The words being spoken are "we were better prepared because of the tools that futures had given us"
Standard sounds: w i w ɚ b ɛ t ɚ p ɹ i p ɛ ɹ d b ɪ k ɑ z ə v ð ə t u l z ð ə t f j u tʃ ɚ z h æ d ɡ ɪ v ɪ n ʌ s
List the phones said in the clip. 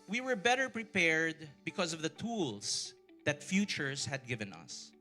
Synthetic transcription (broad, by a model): w i w ɚ b ɛ t ɚ p ɹ i p ɛ ɹ d b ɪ k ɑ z ə v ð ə t u l s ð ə t f j u tʃ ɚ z h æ d ɡ ɪ v ɪ n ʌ s